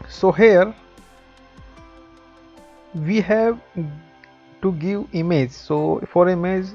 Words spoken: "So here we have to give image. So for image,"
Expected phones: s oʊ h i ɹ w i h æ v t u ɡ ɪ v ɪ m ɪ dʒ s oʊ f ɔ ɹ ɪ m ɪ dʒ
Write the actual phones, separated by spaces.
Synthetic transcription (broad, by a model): s oʊ h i ɹ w i h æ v t u ɡ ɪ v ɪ m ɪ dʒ s oʊ f ɔ ɹ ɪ m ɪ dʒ